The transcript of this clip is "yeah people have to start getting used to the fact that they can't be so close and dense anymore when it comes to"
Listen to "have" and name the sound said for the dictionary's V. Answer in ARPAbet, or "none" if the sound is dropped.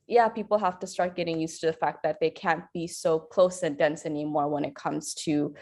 F